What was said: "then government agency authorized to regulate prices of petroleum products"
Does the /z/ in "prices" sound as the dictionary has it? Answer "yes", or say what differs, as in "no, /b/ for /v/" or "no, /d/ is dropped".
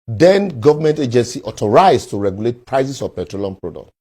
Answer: no, /s/ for /z/